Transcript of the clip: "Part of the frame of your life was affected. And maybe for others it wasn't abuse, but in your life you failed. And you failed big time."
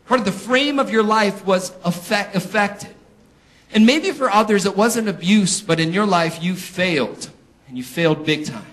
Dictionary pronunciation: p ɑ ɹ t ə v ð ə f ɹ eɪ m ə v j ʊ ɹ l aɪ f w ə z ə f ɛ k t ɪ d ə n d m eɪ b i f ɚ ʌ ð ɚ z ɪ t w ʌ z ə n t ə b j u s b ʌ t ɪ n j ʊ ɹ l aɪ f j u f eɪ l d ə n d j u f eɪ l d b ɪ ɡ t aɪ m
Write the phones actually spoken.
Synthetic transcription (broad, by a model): p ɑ ɹ t ə v ð ə f ɹ eɪ m ə v j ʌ ɹ l aɪ f w ə z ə f ɛ k t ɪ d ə n m eɪ b i f ɚ ʌ ð ɚ z ɪ t w ʌ z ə n ə b j u s b ʌ t ɪ n j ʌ ɹ l aɪ f j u f eɪ l d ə n j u f eɪ l d b ɪ ɡ t aɪ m